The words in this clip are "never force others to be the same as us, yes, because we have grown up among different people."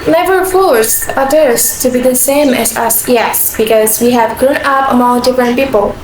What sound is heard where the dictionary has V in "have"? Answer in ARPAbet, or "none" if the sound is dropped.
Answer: V